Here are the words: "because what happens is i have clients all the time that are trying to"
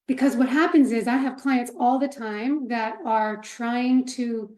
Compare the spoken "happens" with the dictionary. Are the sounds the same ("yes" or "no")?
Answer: yes